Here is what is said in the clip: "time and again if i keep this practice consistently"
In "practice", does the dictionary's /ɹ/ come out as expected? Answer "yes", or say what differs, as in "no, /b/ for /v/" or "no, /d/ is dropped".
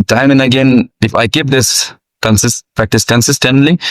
yes